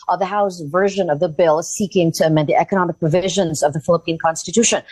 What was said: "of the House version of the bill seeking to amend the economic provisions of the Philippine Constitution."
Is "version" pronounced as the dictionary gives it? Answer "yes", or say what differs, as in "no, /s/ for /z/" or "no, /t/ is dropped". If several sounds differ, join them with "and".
yes